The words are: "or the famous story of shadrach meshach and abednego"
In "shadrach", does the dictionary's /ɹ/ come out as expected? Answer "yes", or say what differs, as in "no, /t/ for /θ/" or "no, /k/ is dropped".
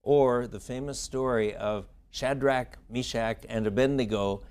yes